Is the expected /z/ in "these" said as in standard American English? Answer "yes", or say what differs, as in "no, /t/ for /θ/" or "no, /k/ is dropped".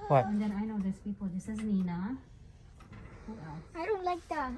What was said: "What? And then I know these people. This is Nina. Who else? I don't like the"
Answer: no, /s/ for /z/